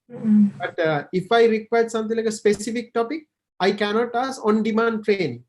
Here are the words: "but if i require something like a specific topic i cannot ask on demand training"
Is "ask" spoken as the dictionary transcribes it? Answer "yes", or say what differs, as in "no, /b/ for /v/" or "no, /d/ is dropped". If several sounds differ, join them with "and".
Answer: no, /k/ is dropped